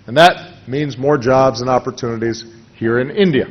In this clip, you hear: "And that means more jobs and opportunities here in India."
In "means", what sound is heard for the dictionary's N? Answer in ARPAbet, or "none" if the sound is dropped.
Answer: N